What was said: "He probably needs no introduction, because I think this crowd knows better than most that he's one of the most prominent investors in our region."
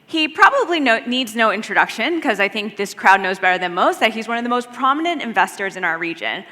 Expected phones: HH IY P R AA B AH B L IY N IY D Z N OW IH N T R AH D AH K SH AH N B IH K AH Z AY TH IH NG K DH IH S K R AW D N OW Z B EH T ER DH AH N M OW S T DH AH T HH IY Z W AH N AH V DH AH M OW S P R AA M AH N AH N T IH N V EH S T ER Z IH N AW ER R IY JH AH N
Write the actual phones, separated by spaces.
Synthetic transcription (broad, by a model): HH IY P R AA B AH B L IY N IY D Z N OW IH N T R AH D AH K SH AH N K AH Z AY TH IH NG K DH IH S K R AW D N OW Z B EH T ER DH AH N M OW S T DH AH T HH IY Z W AH N AH V DH AH M OW S P R AA M AH N AH N T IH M V EH S T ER Z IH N AW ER R IY JH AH N